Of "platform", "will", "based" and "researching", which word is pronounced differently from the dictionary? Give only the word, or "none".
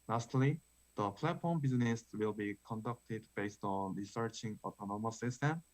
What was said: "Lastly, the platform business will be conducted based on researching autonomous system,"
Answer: none